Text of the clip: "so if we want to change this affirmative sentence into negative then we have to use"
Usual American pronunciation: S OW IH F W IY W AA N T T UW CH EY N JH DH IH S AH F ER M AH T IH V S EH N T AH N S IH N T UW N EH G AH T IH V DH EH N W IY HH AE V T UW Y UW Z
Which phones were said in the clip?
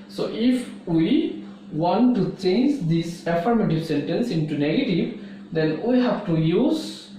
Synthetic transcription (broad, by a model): S OW IH F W IY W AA N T T UW CH EY N JH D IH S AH F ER M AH T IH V S EH N T AH N S IH N T UW N EH G AH T IH V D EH N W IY HH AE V T UW Y UW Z